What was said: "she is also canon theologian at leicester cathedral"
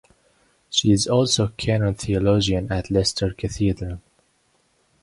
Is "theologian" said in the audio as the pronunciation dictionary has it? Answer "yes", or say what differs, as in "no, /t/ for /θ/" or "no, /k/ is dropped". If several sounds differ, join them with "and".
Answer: yes